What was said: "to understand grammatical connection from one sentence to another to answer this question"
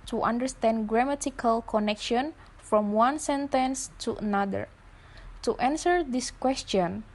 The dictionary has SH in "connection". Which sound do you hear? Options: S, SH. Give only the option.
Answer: SH